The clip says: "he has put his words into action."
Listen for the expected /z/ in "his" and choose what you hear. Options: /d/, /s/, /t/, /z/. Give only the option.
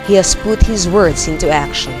/z/